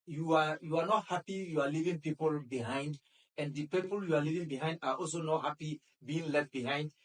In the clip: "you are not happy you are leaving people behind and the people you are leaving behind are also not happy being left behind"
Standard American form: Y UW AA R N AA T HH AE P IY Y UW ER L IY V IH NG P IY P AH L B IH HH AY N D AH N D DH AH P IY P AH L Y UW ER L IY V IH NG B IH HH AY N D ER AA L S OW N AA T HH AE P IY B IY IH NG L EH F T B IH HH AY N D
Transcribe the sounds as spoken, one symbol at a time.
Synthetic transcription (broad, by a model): Y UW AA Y N AA T HH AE P IY Y UW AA L IY V IH NG P IY P AH L B IH HH AY N D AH N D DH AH P IY P AH L Y UW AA L IY V IH NG B IH HH AY N D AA AA L S OW N AA T HH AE P IY B IY IH NG L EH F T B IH HH AY N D